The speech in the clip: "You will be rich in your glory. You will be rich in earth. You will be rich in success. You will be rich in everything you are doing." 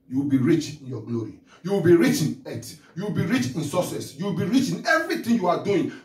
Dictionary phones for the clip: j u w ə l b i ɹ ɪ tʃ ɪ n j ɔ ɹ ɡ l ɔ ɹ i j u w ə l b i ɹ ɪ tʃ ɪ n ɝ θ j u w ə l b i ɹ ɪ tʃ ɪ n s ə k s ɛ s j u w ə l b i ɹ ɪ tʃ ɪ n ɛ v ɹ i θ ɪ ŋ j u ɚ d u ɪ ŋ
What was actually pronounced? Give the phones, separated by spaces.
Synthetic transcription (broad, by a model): j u w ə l b i ɹ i tʃ ɪ n j ɔ ɡ l ɔ ɹ i j u w ə l b i ɹ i tʃ ɪ n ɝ t j u w ə l b i ɹ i tʃ ɪ n s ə s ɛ s j u w ə l b i ɹ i tʃ ɪ n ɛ v ɹ i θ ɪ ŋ j u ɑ d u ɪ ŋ